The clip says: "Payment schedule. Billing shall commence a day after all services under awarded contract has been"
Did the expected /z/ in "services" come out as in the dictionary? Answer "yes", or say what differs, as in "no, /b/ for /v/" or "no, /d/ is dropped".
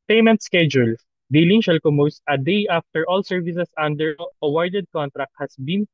no, /s/ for /z/